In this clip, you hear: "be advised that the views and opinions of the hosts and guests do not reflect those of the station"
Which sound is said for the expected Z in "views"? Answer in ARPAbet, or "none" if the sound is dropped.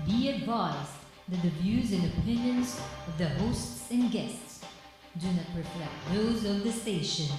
Z